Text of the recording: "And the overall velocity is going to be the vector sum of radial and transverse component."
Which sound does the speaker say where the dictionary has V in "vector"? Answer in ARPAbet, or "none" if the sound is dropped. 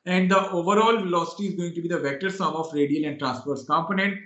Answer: V